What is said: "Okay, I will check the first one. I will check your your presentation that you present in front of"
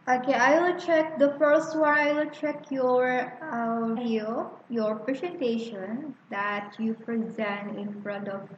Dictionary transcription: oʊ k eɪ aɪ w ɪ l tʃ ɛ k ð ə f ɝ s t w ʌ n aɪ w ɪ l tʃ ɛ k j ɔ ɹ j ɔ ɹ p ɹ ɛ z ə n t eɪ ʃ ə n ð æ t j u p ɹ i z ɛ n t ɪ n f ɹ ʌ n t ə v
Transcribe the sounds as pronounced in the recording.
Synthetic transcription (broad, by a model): oʊ k eɪ aɪ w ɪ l tʃ ɛ k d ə f ɝ s t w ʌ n aɪ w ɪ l tʃ ɛ k j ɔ ɹ j ɔ ɹ p ɹ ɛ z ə n t eɪ ʃ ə n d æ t j u p ɹ i z ɛ n t ɪ n f ɹ ʌ n t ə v